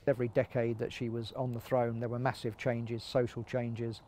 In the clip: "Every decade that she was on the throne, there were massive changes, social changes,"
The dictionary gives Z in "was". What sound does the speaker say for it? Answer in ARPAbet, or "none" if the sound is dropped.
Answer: Z